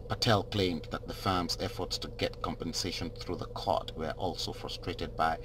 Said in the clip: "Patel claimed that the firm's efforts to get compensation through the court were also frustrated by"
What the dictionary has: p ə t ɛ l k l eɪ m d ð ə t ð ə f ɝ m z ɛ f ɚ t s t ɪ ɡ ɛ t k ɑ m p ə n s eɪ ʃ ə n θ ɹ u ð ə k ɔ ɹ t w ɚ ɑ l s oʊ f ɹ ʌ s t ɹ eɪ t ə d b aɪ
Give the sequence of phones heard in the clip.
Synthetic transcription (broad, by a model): p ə t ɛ l k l eɪ m ð ə t ð ə f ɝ m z ɛ f ɚ t s t ɪ ɡ ɛ t k ɑ m p ə n s eɪ ʃ ə n θ ɹ u ð ə k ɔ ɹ t w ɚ ɑ l s oʊ f ɹ ʌ s t ɹ eɪ t ə d b aɪ